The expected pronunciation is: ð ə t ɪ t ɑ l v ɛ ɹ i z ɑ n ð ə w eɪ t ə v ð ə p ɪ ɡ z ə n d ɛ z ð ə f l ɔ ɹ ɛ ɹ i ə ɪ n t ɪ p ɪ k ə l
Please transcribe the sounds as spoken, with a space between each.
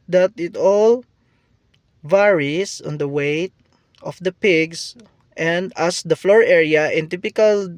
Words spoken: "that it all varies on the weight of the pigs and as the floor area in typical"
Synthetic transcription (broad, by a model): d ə t ɪ t ɑ l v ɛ ɹ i s ɑ n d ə w eɪ t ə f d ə p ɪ ɡ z ə n d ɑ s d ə f l ɔ ɹ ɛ ɹ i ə ɪ n t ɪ p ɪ k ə l